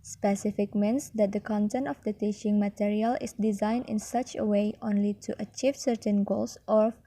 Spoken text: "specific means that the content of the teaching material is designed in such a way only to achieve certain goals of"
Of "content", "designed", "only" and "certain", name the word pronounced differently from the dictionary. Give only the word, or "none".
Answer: none